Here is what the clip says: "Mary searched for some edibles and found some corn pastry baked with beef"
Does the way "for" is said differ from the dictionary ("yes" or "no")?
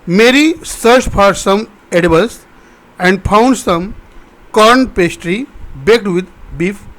yes